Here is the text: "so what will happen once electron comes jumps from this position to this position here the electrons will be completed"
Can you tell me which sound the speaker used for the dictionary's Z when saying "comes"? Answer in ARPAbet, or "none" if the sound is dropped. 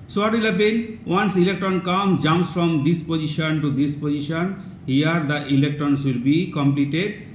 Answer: none